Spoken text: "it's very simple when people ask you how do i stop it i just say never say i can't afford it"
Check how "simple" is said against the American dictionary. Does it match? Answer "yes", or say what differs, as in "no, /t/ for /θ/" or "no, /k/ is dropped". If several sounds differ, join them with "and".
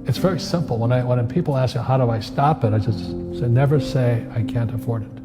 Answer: no, /n/ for /l/